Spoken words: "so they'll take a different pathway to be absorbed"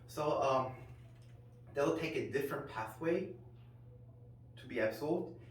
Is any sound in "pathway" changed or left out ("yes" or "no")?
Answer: no